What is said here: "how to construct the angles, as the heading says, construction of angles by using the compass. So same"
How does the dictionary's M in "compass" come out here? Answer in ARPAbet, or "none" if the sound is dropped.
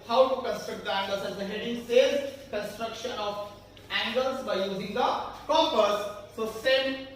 none